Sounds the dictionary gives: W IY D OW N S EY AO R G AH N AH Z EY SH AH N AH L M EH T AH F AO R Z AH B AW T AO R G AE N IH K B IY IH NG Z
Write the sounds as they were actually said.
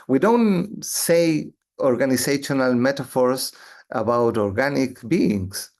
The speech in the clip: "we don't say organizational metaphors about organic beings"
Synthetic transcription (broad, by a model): W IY D OW N S EY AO R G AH N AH S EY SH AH N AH L M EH T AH F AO R S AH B AW T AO R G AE N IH K B IY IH NG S